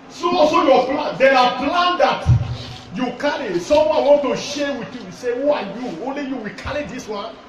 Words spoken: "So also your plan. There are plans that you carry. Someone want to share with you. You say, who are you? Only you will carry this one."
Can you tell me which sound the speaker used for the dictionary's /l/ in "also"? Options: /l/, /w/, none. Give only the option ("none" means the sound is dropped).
none